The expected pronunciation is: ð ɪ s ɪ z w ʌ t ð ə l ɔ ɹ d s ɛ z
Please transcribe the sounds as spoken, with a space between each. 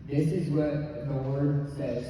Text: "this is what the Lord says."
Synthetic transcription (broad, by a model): ð ɪ s ɪ z w ʌ t ð ə w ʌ ɹ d s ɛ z